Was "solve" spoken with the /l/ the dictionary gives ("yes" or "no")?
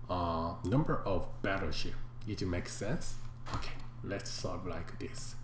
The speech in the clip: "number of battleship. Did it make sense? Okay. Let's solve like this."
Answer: no